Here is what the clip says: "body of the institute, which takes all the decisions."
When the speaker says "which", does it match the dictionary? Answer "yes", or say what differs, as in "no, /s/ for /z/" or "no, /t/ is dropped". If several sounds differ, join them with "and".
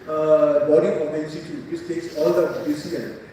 no, /s/ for /tʃ/